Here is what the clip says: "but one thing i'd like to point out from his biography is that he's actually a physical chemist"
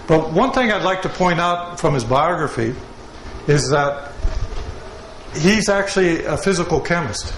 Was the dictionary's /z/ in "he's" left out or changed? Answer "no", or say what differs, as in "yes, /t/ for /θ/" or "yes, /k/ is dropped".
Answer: no